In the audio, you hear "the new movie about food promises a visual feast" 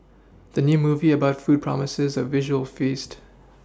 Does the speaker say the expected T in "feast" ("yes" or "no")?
yes